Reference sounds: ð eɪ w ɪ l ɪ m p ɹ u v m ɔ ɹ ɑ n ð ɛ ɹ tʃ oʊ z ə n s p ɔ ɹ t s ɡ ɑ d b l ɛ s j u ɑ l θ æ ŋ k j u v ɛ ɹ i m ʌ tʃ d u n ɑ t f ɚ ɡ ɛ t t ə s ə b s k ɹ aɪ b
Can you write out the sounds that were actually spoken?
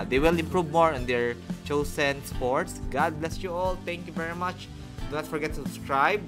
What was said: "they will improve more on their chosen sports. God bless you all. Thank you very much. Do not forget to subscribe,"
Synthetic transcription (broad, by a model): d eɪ w ɪ l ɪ m p ɹ u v m ɔ ɹ ɑ n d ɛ ɹ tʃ oʊ s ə n s p ɔ ɹ t s ɡ ɑ d b l ɛ s j u ɑ l t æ ŋ k j u v ɛ ɹ i m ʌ tʃ d u n ɑ t f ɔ ɡ ɛ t t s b s k ɹ aɪ b